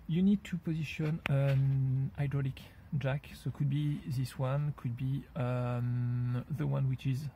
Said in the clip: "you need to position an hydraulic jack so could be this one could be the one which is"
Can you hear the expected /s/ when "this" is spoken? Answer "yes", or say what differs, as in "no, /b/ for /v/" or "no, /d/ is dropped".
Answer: yes